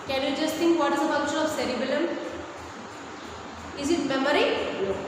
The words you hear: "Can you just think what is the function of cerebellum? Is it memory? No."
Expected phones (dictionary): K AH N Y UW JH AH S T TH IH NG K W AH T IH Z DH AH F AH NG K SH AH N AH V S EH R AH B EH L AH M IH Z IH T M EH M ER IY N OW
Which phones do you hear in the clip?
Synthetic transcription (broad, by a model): K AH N Y UW JH AH S T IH NG K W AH T IH Z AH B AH K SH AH AH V S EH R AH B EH L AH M IH Z IH T M EH M ER IY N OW